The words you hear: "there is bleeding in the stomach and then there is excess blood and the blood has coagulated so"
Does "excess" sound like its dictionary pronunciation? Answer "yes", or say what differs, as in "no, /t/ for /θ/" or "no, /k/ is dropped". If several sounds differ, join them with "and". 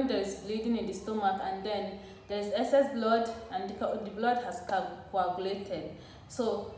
no, /k/ is dropped